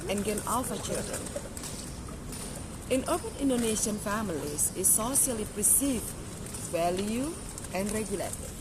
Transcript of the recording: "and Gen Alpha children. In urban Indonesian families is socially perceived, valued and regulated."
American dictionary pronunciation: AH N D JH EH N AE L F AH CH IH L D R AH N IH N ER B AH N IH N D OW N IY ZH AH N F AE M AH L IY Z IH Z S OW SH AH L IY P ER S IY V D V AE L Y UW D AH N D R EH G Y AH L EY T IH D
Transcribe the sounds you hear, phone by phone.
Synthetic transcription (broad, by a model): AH N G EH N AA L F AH CH IH L D R AH N IH N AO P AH N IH N D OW N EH SH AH N F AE M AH L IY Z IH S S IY AH L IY P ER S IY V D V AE L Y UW AH N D R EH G Y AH L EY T